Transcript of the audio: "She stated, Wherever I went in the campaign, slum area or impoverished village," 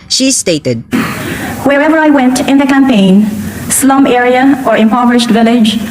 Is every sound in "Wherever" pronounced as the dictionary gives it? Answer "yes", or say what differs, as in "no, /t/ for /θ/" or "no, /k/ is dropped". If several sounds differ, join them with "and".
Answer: yes